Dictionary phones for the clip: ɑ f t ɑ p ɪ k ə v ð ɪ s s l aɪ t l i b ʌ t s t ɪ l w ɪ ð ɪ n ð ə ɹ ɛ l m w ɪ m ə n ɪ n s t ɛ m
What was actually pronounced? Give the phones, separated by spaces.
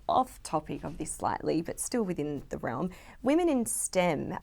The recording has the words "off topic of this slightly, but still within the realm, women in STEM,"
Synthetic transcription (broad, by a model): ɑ f t ɑ p ɪ k ə v ð ɪ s s l aɪ t l i b ʌ t s t ɪ l w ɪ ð ɪ n ð ə ɹ ɛ l m w ɪ m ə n ɪ n s t ɛ m